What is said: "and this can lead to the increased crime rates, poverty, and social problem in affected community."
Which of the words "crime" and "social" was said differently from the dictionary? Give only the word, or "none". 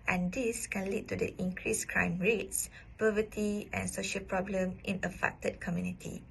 none